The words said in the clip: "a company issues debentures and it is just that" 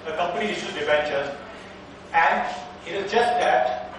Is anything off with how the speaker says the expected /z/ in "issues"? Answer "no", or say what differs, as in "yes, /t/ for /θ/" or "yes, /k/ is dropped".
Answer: yes, /z/ is dropped